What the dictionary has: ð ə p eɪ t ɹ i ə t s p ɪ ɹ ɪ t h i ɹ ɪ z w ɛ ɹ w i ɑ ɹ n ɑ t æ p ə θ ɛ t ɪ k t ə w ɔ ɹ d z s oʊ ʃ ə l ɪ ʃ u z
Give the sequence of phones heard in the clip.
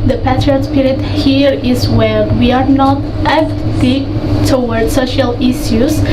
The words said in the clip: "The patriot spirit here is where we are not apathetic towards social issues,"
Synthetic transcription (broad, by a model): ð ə p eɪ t i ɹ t s p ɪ ɹ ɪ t h i ɹ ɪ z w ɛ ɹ w i ɑ ɹ n ɑ t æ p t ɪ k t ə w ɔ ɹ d s oʊ ʃ ə l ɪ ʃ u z